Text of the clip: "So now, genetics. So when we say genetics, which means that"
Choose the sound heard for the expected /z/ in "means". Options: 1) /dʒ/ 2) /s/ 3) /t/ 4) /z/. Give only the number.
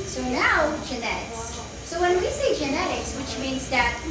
4